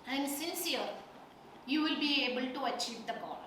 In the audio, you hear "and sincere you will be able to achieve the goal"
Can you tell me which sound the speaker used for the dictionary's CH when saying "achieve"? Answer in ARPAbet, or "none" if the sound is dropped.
CH